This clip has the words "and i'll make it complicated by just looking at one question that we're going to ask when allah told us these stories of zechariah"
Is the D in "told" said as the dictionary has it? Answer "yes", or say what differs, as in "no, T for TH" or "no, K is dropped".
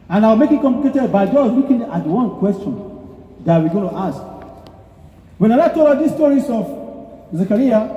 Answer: no, D is dropped